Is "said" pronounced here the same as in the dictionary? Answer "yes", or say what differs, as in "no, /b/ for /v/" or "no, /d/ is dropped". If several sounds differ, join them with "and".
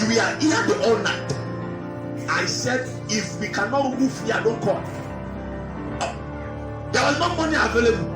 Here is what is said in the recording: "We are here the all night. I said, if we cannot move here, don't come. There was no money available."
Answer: yes